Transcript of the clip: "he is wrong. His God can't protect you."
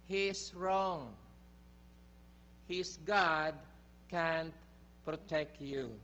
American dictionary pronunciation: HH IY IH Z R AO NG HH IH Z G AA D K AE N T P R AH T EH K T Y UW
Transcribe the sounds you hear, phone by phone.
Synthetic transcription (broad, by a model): HH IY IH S R AO NG HH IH S G AA D K AE N T P R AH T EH K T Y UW